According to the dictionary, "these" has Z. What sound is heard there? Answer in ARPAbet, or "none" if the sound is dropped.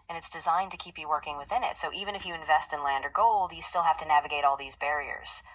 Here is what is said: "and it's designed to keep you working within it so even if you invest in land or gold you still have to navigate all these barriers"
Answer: Z